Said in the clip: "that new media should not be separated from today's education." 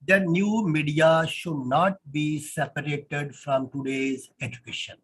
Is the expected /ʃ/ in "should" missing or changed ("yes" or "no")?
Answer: no